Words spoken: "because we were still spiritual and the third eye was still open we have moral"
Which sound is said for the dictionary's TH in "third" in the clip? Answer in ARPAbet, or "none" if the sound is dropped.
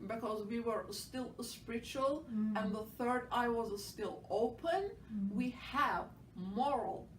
TH